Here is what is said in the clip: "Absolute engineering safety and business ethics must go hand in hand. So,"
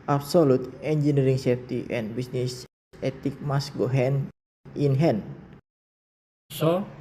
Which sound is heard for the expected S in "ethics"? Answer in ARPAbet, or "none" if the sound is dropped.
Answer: none